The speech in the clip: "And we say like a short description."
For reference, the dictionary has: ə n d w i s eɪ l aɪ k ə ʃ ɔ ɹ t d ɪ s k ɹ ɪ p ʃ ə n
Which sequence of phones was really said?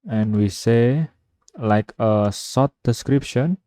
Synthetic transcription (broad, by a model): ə n w i s eɪ l aɪ k ə s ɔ t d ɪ s k ɹ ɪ p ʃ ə n